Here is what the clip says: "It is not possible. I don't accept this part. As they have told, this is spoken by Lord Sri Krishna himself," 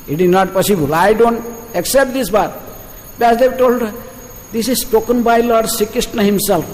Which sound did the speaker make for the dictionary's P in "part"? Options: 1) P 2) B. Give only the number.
2